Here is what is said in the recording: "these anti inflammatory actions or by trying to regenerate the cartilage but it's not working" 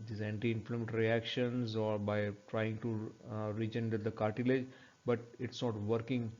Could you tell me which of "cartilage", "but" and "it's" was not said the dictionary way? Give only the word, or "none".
none